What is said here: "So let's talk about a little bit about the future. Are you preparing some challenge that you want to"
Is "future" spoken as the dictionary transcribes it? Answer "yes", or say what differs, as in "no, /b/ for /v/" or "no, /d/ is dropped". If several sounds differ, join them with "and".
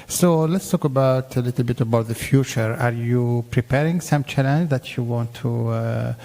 yes